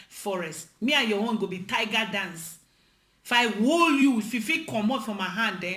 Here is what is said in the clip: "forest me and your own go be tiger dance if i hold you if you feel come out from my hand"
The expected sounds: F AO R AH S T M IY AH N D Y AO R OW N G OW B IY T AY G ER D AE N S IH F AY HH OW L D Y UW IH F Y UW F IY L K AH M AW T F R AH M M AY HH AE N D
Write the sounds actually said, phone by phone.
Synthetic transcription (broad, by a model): F AO R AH S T M IY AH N Y AO W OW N G OW B IY T AY G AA D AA N S IH F AY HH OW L Y UW IH F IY F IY K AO M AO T F R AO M M AY HH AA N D